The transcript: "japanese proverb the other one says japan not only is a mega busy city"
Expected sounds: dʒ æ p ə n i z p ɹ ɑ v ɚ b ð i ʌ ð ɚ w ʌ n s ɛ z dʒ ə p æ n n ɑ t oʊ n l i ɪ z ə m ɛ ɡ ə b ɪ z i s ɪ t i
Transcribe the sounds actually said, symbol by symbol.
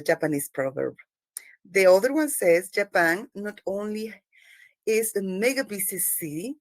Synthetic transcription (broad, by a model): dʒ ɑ p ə n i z p ɹ ɑ v ɚ b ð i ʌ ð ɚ w ʌ n s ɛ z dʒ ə p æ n n ɑ t oʊ n l i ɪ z ə m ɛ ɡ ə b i s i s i